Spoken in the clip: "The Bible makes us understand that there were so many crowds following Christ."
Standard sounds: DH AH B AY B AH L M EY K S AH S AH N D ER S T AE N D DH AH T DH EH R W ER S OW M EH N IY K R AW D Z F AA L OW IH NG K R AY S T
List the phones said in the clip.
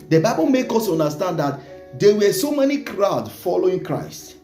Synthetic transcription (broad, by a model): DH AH B AY B AH L M EY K AO S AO N D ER S T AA N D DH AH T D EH W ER S OW M EH N IY K R AW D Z F AA L OW IH NG K R AY S T